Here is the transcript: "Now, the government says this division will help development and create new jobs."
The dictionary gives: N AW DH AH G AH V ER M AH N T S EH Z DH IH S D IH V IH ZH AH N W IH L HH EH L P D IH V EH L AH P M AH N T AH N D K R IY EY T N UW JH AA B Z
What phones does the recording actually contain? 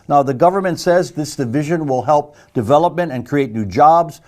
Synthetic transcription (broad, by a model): N AW DH AH G AH V ER M AH N T S EH Z DH IH S D IH V IH ZH AH N W IH L HH EH L P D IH V EH L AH P M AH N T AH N K R IY EY T N UW JH AA B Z